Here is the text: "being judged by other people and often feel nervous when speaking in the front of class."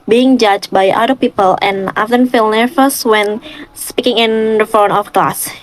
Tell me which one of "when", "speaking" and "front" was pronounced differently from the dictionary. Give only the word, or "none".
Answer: front